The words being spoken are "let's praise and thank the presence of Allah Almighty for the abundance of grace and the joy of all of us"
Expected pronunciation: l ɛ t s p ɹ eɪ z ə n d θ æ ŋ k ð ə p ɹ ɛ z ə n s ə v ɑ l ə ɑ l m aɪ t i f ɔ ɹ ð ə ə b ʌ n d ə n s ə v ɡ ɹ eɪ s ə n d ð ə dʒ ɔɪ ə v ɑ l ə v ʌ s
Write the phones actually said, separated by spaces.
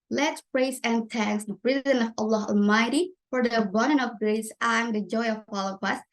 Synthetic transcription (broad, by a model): l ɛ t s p ɹ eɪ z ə n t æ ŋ k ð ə p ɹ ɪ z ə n ə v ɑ l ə ɑ l m aɪ t i f ɔ ɹ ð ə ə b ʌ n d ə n ə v ɡ ɹ eɪ s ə n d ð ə dʒ ɔɪ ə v ɑ l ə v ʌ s